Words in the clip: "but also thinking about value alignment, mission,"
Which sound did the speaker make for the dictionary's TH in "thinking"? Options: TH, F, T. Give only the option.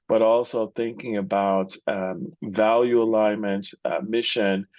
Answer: TH